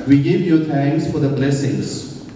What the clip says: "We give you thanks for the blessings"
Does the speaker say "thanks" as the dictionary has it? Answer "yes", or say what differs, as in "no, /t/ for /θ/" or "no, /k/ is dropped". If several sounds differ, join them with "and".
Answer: no, /t/ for /θ/